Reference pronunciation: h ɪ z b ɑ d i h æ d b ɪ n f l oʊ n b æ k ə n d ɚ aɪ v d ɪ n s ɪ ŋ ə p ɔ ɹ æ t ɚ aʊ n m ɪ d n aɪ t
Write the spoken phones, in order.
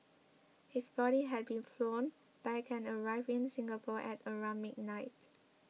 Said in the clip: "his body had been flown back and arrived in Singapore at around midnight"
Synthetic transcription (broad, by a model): h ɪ s b ɑ d i h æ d b ɪ n f l oʊ n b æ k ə n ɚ aɪ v ɪ n s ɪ ŋ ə p ɔ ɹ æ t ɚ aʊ m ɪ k n aɪ t